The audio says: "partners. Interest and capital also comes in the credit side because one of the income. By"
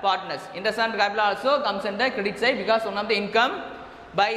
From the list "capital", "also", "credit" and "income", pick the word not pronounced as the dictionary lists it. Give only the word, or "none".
capital